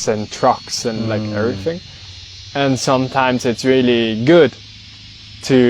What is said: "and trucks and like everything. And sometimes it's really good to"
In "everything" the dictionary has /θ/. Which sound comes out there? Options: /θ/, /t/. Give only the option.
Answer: /θ/